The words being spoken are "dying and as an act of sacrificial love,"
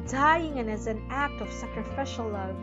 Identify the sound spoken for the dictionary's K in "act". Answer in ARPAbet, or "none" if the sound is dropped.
K